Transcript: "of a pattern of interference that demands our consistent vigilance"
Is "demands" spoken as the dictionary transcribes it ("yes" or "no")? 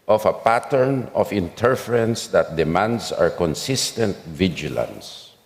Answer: no